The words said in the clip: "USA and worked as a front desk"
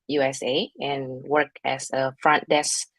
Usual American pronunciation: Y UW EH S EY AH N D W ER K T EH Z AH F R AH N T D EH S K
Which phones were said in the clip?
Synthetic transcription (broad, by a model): Y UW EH S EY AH N W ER K EH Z AH F R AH N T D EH S